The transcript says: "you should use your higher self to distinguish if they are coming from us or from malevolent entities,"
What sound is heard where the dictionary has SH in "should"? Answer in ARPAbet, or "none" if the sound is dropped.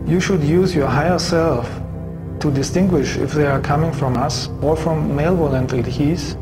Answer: SH